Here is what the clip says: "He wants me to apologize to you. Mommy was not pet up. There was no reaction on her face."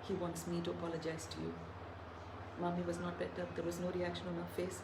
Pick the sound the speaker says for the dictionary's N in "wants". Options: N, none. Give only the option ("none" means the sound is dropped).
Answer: N